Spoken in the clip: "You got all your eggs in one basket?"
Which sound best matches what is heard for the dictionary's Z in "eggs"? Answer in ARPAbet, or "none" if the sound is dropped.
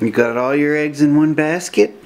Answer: Z